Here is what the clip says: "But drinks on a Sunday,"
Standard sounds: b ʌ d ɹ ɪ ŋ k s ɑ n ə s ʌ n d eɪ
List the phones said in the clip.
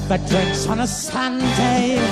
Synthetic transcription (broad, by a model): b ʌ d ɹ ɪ k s n ə s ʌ n d eɪ